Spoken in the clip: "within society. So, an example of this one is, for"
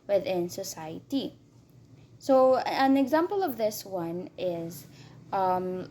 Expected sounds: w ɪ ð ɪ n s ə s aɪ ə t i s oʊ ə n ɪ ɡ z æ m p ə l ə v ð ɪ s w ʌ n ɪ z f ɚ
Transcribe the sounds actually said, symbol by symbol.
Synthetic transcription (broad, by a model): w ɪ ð ɪ n s ə s aɪ ə t i s oʊ ə n ɪ ɡ z æ m p ə l ə v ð ɪ s w ʌ n ɪ z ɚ